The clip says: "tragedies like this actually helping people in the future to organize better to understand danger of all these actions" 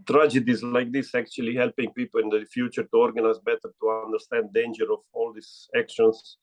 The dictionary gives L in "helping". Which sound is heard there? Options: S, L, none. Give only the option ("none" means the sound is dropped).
L